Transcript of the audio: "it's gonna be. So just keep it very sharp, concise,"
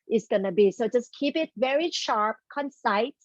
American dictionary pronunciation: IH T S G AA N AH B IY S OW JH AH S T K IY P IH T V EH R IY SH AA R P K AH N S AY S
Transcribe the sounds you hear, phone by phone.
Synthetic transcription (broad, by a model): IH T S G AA N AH B IY S OW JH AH S K IY P IH T V EH R IY SH AA R P K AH N S AY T